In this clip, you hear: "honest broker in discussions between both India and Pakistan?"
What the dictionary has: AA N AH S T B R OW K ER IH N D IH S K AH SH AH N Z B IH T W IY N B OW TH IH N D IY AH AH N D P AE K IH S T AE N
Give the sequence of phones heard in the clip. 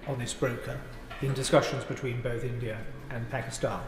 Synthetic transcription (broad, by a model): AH N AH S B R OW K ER IH N D IH S K AH SH AH N Z B IH T W IY N B OW TH IH N D IY AH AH N P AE K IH S T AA N